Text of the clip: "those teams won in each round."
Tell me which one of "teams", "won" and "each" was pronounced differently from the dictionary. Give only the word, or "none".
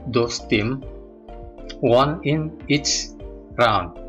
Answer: teams